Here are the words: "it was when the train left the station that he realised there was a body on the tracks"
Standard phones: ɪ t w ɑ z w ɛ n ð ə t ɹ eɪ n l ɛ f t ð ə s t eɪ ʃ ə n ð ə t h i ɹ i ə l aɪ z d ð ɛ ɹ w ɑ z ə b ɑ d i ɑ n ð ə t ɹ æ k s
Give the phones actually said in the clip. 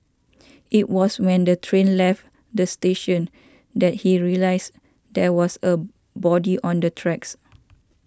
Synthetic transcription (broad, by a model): ɪ t w ɑ s w ɛ n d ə t ɹ eɪ n l ɛ f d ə s t eɪ ʃ ə n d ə t h i ɹ i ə l aɪ s d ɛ w ɑ s ə b ɑ d i ɑ n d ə t ɹ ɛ k s